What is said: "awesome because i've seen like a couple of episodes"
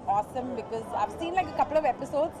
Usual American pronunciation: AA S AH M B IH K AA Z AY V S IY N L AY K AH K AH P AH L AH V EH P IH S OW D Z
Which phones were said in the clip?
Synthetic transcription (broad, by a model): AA S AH M B IH K AA Z AY V S IY N L AY K AH K AH P AH L AH V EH P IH S OW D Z